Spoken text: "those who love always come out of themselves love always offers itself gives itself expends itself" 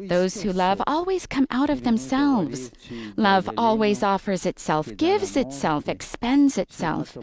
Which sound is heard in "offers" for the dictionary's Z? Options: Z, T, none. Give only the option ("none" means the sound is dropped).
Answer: Z